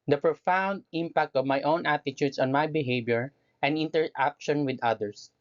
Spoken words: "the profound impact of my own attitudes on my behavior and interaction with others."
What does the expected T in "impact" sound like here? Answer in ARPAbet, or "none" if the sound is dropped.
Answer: T